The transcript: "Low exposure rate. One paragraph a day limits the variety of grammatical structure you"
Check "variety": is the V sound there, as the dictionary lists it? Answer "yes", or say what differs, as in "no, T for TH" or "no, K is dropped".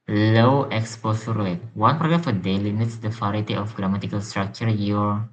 no, F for V